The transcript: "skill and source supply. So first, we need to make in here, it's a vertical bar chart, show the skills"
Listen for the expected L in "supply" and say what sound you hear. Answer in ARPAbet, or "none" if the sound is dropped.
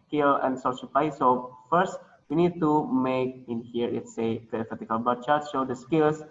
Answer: none